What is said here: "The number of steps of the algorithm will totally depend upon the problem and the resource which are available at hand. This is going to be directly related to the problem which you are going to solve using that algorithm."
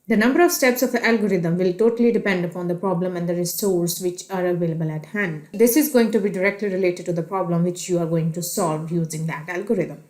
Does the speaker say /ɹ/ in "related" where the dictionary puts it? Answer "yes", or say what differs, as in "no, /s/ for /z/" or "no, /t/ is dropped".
yes